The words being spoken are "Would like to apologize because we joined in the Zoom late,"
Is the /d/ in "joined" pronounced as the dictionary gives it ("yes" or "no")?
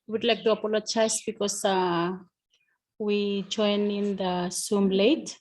no